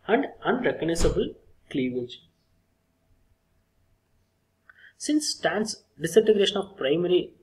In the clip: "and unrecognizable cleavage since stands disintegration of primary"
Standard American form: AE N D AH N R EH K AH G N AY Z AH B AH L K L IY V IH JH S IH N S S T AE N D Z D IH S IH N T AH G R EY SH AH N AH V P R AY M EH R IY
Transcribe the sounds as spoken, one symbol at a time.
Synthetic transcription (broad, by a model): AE N D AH N R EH K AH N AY S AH B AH L K L IY V IH JH S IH N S S T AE N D S D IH S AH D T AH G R EY SH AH N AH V P R AY M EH R IY